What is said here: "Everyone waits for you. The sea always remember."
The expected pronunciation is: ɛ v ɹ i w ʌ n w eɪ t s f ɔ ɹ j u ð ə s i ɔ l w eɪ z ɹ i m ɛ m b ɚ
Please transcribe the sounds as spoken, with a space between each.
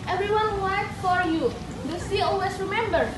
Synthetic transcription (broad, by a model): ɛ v ɹ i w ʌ n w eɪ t f ɔ ɹ j u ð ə s i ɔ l w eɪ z ɹ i m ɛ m b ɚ